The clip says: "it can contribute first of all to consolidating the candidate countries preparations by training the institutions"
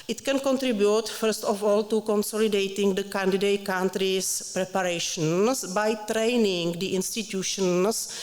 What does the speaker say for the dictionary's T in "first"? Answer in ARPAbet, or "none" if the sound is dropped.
T